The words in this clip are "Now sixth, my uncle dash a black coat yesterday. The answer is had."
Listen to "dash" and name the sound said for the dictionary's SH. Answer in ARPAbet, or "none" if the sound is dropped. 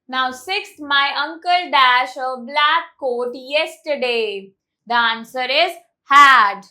SH